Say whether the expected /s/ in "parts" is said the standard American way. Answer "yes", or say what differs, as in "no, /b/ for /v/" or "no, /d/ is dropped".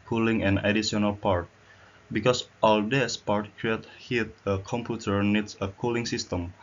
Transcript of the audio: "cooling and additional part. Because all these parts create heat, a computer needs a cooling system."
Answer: no, /s/ is dropped